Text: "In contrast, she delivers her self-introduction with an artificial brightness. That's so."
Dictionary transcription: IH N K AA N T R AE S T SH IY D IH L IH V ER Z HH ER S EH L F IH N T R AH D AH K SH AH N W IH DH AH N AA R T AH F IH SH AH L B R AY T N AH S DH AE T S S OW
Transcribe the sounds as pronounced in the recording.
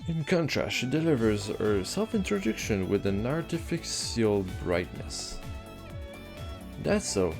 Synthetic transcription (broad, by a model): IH N K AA N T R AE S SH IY D IH L IH V ER Z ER S EH L F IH N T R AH D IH K SH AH N W IH DH AH N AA R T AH F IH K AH L B R AY T N AH S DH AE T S S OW